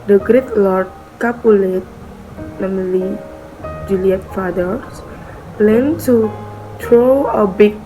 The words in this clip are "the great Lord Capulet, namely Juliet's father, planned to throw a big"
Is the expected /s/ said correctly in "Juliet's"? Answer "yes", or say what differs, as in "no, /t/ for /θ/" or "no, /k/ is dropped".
no, /s/ is dropped